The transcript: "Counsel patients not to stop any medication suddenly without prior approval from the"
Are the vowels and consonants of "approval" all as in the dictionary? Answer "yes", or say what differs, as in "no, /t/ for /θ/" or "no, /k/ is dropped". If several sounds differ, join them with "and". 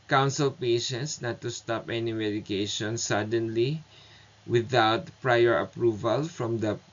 yes